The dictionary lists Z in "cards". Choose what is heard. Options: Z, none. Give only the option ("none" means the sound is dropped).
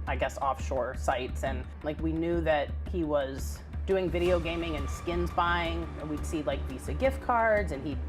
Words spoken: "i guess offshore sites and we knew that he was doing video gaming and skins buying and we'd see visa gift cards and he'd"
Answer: Z